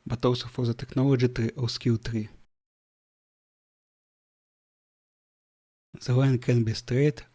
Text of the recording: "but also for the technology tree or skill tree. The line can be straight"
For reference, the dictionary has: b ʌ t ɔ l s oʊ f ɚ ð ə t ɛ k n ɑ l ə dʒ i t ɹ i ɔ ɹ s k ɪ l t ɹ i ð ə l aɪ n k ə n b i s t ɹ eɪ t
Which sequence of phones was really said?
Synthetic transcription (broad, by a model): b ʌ t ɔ w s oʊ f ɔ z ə t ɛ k n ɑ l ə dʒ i t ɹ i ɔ w s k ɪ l t ɹ i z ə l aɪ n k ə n b i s t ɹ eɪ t